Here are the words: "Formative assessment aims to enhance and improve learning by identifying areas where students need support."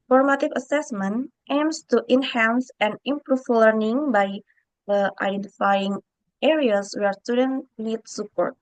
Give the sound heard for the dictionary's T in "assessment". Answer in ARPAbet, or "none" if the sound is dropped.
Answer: T